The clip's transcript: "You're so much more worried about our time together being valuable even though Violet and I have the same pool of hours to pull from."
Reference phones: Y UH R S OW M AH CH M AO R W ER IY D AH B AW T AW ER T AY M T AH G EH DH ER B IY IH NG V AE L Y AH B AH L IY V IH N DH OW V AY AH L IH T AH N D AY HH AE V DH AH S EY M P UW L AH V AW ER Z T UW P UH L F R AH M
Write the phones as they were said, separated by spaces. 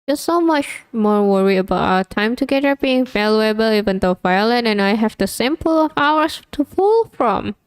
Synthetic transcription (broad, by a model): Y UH S OW M AH CH M AO R W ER IY AH B AW T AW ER T AY M T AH G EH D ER B IY IH NG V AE L Y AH B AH L IY V IH N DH OW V AY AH L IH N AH N AY HH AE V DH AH S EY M P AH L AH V AW ER S T UW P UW L F R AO M